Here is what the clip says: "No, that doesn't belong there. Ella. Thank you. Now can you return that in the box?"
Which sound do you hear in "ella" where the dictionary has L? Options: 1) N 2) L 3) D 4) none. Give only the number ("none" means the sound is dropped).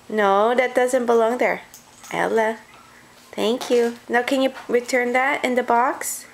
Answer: 2